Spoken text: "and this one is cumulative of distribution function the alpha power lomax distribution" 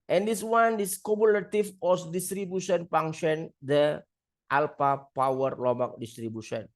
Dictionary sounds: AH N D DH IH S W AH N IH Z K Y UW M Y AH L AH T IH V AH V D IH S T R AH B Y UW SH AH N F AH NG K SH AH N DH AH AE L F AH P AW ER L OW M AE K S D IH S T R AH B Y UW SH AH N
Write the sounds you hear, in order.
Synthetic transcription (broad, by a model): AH N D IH S W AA N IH S K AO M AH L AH T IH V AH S D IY S T R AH B Y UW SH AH N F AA NG SH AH N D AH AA L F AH P AW ER L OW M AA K D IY S T R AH B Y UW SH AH N